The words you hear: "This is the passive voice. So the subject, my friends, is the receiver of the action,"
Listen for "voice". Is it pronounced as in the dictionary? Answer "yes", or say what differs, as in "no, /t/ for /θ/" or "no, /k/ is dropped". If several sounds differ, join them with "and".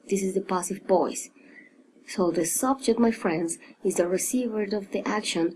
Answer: no, /b/ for /v/